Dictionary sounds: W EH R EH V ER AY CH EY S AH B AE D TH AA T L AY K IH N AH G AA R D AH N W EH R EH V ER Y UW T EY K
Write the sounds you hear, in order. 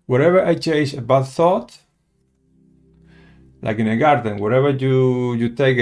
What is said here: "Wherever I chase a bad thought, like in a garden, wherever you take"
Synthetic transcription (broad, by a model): W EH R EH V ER AY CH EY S AH B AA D TH AA T L AY K IH N AH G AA R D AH N W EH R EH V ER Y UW T EY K